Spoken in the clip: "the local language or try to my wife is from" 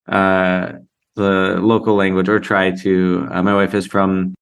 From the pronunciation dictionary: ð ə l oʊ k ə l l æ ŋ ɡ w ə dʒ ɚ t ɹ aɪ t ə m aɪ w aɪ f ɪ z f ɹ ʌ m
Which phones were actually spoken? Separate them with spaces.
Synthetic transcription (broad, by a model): ð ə l oʊ k l l æ ŋ ɡ w ə dʒ ɚ t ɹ aɪ t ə m aɪ w aɪ f ɪ z f ɹ ʌ m